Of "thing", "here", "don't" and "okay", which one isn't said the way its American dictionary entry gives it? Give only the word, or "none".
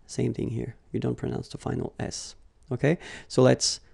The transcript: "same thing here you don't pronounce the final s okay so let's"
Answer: none